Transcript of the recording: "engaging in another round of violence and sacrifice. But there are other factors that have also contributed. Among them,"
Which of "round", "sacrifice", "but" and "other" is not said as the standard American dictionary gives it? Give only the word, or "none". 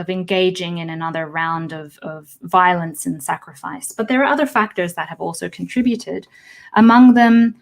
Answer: none